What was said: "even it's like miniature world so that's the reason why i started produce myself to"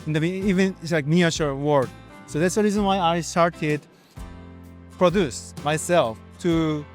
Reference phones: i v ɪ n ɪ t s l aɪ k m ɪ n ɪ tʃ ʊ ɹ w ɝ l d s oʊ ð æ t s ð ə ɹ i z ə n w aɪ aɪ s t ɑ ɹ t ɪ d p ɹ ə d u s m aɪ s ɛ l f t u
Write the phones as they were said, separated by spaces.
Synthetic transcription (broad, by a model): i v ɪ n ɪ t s l aɪ k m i ɪ ʃ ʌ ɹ w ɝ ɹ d s oʊ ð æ t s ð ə ɹ i z ə n w aɪ aɪ s t ɑ ɹ t ɪ d p ɹ ə d u s m aɪ s ɛ l f t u